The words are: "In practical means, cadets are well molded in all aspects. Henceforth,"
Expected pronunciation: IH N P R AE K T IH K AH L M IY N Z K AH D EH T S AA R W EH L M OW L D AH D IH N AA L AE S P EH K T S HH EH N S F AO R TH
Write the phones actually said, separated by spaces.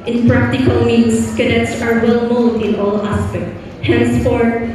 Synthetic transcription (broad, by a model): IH N P R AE K T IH K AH L M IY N S K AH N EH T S AA R W EH L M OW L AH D IH N AA L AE S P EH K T HH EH N S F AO R